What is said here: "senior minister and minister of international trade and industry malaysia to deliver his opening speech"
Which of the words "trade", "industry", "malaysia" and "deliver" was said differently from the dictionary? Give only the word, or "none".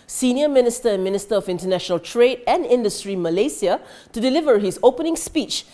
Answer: malaysia